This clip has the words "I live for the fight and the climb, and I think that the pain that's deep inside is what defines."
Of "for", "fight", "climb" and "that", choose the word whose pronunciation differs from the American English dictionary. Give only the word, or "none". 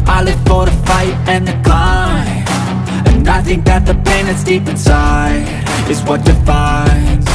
climb